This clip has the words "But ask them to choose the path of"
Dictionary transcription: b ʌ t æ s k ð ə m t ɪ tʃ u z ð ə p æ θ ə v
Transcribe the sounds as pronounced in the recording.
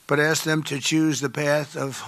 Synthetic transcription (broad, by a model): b ʌ t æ s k ð ə m t ɪ tʃ u z ð ə p æ θ ə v